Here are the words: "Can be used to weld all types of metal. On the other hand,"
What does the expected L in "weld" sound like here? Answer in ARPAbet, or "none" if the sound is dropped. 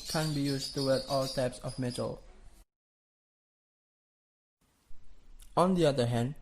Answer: none